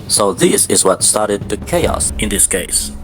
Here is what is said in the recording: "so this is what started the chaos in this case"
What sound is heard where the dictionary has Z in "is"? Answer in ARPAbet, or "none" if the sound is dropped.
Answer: Z